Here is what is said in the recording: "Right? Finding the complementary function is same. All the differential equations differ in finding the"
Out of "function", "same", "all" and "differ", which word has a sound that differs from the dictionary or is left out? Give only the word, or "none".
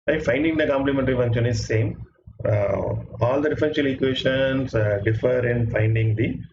function